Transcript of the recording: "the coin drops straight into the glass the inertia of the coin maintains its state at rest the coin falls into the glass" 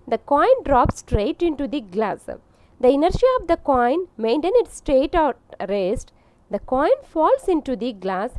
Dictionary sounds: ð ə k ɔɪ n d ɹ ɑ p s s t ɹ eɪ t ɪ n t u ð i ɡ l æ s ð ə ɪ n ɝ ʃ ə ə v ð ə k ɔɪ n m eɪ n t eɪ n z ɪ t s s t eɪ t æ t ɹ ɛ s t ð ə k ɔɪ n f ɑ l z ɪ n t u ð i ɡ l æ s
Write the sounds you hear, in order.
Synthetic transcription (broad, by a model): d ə k ɔɪ n d ɹ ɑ p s s t ɹ eɪ t ɪ n t u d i ɡ l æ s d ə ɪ n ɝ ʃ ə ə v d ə k ɔɪ n m eɪ n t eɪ n ɪ t s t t eɪ t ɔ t ɹ ɛ s t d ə k ɔɪ n f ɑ l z ɪ n t u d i ɡ l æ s